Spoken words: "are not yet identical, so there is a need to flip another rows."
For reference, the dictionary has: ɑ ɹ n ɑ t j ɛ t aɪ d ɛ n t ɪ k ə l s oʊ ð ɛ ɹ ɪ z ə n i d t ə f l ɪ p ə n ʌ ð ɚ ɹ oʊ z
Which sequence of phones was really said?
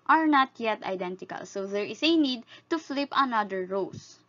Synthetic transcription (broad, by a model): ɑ ɹ n ɑ t j ɛ t aɪ d ɛ n t ɪ k ə l s oʊ ð ɛ ɹ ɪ s ə n i d t ə f l ɪ p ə n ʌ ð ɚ ɹ oʊ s